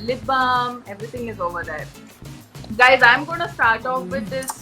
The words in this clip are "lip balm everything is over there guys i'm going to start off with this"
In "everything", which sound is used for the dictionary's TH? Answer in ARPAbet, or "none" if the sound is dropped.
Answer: T